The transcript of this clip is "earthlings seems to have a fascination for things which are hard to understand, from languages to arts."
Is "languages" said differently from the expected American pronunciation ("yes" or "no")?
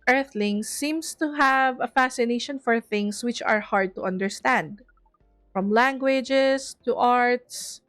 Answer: yes